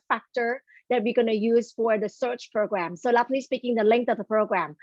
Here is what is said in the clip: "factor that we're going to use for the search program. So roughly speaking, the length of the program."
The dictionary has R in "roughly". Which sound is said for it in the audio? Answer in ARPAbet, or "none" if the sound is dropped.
L